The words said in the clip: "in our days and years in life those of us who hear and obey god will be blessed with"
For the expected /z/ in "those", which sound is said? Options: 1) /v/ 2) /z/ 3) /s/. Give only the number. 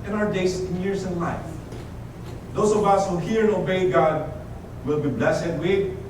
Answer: 3